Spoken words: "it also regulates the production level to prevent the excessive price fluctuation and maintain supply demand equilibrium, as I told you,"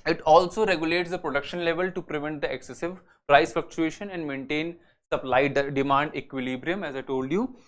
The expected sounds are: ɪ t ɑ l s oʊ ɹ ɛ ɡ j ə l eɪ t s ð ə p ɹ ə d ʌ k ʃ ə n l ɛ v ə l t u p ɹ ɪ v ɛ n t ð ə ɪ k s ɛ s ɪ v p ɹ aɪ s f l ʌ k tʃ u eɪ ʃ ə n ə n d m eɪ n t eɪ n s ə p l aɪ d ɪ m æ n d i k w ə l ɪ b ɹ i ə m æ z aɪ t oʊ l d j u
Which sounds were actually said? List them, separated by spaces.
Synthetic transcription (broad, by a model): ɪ t ɑ l s oʊ ɹ ɛ ɡ j ə l eɪ t s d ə p ɹ ə d ʌ k ʃ ə n l ɛ v ə l t u p ɹ ɪ v ɛ n t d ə ɪ k s ɛ s ɪ v p ɹ aɪ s f ʌ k tʃ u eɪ ʃ ə n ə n d m eɪ n t eɪ n s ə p l aɪ d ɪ m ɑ n d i k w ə l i b ɹ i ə m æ z aɪ t oʊ l d j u